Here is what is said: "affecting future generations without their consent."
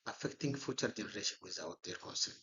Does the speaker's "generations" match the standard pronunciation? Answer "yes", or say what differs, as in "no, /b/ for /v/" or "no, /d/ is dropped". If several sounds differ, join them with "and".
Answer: no, /z/ is dropped